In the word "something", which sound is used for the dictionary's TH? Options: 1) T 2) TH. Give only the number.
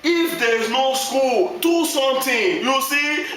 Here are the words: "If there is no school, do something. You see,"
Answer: 1